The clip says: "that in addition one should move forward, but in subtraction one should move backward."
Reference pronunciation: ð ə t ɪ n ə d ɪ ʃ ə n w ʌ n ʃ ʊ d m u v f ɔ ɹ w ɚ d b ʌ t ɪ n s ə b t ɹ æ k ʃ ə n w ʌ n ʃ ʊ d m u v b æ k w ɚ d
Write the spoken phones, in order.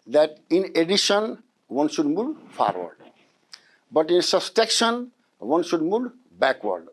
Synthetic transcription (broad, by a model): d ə t ɪ n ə d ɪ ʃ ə n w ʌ n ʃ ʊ d m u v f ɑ ɹ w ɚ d b ʌ t ɪ n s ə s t ɛ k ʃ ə n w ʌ n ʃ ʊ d m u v b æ k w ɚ d